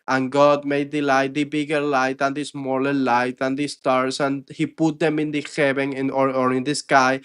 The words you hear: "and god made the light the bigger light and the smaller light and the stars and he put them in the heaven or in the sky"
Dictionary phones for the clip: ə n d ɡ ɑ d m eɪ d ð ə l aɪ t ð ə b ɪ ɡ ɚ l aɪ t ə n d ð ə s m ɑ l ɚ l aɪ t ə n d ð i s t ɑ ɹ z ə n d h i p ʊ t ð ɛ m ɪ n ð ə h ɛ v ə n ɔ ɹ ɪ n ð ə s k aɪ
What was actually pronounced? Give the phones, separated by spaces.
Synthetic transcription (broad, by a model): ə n ɡ ɑ d m eɪ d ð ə l aɪ t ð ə b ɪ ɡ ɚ l aɪ t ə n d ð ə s m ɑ l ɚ l aɪ t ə n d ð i s t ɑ ɹ s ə n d h i p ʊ t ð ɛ m ɪ n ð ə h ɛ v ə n ɔ ɹ ɪ n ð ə s k aɪ